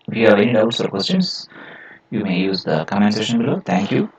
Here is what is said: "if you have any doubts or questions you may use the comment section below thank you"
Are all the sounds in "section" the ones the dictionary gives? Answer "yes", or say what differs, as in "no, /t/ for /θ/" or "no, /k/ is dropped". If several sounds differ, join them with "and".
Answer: no, /k/ is dropped